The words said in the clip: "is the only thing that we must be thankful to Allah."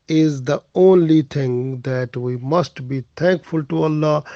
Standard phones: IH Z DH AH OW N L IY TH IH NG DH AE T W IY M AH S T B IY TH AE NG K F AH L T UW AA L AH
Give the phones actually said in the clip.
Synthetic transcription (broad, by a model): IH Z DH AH OW N L IY T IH NG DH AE T W IY M AH S T B IY T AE NG K F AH L T UW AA L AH